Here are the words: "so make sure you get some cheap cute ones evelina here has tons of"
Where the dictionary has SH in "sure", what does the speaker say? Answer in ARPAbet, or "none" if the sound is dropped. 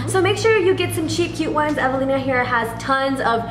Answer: SH